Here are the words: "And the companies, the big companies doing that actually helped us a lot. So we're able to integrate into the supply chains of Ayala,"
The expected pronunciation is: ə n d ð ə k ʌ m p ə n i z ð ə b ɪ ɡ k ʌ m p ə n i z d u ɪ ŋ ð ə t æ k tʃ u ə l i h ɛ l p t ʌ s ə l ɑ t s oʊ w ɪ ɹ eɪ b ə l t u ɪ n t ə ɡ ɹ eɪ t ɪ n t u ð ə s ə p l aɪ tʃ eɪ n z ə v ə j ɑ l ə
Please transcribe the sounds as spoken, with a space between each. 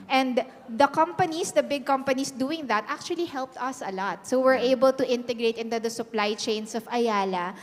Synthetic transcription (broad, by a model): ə n d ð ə k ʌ m p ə n i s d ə b ɪ ɡ k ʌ m p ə n i s d u ɪ ŋ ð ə t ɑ k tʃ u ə l i h ɛ l p t ʌ s ə l ɑ t s oʊ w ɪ ɹ eɪ b ə l t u ɪ n t ə ɡ ɹ eɪ t ɪ n t u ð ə s ə p l aɪ tʃ eɪ n s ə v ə j ɑ l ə